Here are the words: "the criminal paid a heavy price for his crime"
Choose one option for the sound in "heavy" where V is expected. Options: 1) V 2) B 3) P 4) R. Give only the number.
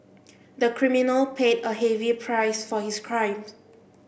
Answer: 1